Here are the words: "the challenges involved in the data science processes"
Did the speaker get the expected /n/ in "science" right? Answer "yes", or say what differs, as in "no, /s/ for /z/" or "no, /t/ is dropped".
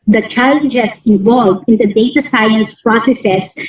no, /n/ is dropped